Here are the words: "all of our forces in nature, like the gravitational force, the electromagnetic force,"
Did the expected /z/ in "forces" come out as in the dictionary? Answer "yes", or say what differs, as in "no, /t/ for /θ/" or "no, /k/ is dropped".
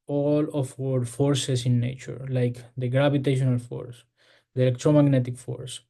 no, /s/ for /z/